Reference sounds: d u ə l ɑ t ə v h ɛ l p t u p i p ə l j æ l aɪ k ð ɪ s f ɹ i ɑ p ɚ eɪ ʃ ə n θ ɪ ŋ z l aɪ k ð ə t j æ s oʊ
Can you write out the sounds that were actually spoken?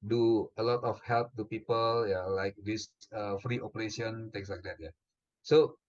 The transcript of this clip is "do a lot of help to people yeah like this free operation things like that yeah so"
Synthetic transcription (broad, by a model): d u ə l ɑ t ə f h ɛ l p t u p i p ə l j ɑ l aɪ k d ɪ s f ɹ i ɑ p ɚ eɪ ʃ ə n t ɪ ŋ s l aɪ k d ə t j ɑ s oʊ